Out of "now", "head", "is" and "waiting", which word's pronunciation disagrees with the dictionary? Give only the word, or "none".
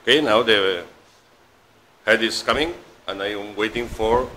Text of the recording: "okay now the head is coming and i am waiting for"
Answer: is